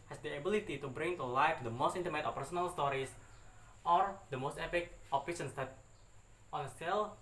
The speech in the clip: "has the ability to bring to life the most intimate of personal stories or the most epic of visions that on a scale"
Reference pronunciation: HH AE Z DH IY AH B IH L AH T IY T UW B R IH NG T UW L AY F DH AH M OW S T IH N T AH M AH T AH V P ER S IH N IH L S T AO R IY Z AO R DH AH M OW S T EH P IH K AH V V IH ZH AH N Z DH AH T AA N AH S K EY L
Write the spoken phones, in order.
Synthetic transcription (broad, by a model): HH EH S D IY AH B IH L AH T IY T UW B R IH NG T UW L AY F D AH M OW S T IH N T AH M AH T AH P ER S IH N IH L S T AO R IY S AO R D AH M OW S T EH P IH K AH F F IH SH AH N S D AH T AA N AH S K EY L